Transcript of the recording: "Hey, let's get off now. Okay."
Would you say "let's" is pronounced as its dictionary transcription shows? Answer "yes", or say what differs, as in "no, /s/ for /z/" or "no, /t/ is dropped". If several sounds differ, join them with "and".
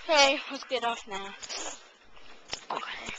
no, /w/ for /l/